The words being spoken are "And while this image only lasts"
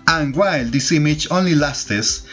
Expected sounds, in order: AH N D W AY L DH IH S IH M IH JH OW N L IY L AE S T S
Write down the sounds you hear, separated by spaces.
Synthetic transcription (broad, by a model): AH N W AY L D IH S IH M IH CH OW N L IY L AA S T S